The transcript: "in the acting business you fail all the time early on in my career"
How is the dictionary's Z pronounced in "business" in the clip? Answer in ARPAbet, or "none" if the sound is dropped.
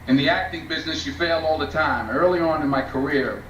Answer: Z